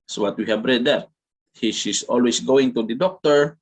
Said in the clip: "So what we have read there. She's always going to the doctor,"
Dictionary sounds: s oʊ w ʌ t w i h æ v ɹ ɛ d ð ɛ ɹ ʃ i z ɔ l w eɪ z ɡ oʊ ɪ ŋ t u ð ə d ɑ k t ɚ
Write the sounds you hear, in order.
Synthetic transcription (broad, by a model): s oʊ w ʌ t w i h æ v ɹ ɛ d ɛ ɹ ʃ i s ɔ l w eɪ s ɡ oʊ ɪ ŋ t u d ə d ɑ k t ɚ